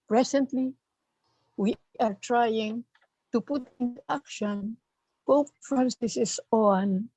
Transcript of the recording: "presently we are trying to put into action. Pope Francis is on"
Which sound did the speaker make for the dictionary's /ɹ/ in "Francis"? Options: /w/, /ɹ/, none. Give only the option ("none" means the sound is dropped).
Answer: none